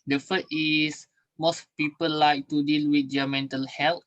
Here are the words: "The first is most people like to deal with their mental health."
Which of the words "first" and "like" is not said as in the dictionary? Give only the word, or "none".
first